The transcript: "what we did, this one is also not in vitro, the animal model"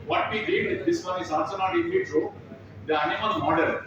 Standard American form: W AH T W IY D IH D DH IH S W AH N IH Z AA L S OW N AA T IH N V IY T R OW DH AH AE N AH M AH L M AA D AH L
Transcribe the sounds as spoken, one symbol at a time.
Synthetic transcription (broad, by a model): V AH T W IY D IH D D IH S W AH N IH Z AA S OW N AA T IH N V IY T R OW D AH AE N AH M AH L M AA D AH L